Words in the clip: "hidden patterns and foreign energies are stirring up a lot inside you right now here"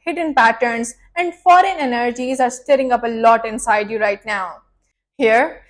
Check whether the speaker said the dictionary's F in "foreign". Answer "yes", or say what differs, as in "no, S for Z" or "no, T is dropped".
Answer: yes